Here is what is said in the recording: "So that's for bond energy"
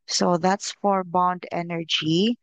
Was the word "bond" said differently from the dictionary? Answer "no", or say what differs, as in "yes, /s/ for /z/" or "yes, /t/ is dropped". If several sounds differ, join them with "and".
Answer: no